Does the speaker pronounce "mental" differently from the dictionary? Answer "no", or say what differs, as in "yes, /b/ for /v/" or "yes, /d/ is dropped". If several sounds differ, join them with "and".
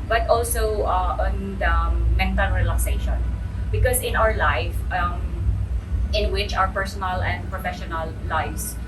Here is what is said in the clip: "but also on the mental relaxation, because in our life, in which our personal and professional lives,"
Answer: yes, /n/ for /l/